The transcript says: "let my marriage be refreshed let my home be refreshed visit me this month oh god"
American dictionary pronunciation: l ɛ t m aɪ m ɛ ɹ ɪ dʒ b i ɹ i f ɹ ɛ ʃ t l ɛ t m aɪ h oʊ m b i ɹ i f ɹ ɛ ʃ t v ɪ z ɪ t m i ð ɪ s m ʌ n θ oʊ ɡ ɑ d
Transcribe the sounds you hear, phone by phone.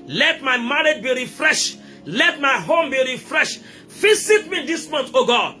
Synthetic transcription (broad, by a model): l ɛ t m aɪ m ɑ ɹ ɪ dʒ b i ɹ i f ɹ ɛ ʃ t l ɛ t m aɪ h oʊ m b i ɹ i f ɹ ɛ ʃ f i s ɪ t m i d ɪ s m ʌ n t oʊ ɡ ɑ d